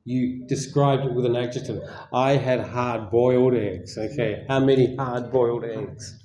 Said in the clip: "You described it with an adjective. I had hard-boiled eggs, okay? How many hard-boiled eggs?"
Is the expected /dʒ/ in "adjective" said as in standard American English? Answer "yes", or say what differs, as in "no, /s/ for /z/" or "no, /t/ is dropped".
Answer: no, /tʃ/ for /dʒ/